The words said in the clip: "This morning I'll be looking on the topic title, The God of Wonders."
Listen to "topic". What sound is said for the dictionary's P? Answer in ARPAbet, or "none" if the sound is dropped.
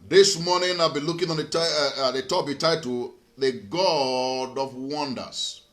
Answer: B